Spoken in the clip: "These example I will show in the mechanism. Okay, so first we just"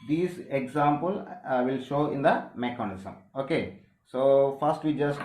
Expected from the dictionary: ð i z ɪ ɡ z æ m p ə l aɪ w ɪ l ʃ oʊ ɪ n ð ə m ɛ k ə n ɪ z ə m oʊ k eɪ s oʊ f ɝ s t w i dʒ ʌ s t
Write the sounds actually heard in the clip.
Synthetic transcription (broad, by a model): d i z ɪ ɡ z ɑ m p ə l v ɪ l ʃ oʊ ɪ n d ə m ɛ k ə n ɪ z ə m oʊ k eɪ s oʊ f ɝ s t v i dʒ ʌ s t